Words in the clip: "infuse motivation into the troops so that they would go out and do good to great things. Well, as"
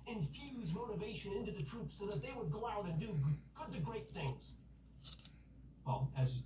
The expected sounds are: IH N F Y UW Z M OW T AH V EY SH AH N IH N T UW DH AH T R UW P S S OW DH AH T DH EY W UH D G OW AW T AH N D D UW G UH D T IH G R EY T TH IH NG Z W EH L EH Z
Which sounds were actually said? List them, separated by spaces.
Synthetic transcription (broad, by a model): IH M F Y UW Z M OW T AH V EY SH AH N IH N T UW DH AH T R UW P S S OW DH AH T DH EY W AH D G OW AW T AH N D D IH G UH D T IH G R EY T TH IH NG Z W EH L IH Z